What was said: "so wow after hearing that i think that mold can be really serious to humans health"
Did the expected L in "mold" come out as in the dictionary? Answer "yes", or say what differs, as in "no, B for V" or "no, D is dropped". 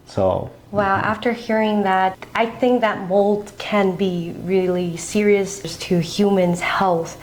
yes